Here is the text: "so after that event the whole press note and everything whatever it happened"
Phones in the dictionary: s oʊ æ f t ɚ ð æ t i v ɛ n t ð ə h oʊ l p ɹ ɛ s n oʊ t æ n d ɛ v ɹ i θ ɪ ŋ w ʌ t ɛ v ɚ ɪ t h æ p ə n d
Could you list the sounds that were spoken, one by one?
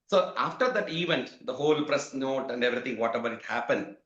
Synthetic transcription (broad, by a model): s oʊ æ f t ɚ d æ t i v ɛ n t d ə h oʊ l p ɹ ɛ s n oʊ t æ n d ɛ v ɹ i t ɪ ŋ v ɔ t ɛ v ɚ ɪ t h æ p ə n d